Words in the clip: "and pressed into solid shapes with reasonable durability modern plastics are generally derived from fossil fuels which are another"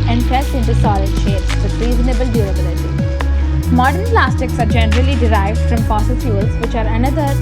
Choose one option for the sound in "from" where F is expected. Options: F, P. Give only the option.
F